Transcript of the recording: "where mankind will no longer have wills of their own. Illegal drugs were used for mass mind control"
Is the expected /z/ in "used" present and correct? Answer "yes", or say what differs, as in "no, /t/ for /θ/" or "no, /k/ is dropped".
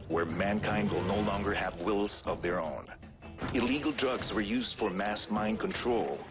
yes